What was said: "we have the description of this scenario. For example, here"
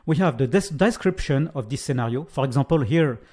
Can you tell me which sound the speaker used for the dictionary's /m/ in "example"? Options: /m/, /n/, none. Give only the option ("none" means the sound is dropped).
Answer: none